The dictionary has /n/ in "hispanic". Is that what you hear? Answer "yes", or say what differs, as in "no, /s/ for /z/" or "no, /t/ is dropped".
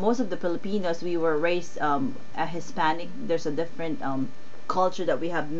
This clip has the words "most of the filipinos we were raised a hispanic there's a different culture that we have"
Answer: yes